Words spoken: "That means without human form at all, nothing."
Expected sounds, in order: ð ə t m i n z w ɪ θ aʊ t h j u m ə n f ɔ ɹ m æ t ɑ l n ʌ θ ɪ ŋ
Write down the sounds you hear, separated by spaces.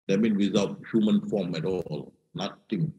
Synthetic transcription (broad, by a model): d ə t m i n w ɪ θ aʊ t h j u m ə n f ɔ m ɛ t ɑ l n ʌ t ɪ ŋ